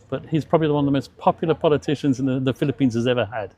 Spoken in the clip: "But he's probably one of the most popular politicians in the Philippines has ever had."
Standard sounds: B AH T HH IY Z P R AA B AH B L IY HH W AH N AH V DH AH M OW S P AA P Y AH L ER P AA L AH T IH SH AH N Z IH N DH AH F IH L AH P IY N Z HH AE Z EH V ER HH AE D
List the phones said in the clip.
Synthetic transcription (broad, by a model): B AH T HH IY Z P R AA B AH B L IY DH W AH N AH V DH AH M OW S P AA P Y L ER P AA L AH T IH SH AH N Z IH N DH AH F IH L AH P IY N Z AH Z EH V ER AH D